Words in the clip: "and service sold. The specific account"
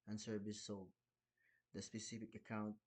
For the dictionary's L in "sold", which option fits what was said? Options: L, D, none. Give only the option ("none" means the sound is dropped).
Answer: none